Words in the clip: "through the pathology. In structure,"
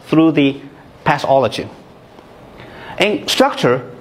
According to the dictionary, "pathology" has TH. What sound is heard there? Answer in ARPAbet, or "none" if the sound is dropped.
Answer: S